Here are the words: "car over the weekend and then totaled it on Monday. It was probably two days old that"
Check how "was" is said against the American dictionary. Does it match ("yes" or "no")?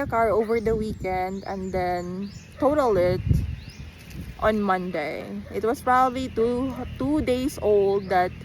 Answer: no